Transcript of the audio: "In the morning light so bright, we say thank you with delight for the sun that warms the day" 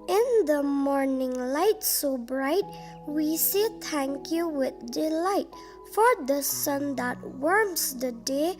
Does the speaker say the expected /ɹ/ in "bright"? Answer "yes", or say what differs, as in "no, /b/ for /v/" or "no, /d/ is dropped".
yes